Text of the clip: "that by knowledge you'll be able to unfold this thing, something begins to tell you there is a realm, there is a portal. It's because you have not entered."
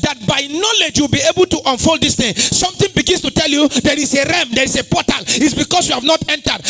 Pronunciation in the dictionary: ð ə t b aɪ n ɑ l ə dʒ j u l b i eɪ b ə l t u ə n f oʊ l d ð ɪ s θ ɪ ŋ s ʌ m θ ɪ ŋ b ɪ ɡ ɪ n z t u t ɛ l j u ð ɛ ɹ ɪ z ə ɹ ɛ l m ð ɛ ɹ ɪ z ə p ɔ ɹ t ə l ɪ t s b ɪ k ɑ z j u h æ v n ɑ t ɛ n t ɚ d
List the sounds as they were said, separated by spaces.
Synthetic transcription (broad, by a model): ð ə t b aɪ n ɑ l ə dʒ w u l b i eɪ b ə l t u ə n f oʊ l d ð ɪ s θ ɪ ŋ s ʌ m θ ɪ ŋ b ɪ ɡ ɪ n s t u t ɛ l j u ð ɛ ɹ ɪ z ə ɹ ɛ m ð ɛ ɹ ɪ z ə p ɔ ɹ t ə l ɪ t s b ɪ k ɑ s j u h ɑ v n ɑ t ɛ n t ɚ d